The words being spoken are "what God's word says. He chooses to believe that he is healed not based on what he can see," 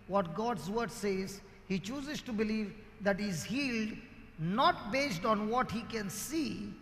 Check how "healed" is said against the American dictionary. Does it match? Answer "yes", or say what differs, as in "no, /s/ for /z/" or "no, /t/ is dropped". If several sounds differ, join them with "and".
yes